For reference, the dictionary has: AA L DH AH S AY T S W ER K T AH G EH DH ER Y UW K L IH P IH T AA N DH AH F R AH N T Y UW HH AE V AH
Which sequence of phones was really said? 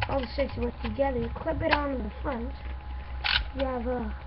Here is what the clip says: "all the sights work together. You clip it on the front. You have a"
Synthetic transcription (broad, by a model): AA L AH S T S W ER T AH G EH DH ER K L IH B IH T AA N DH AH F R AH N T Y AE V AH